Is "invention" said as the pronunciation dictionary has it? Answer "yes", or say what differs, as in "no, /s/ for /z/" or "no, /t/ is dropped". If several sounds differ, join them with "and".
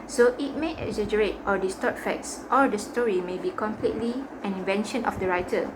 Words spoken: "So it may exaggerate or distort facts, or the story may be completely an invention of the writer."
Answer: yes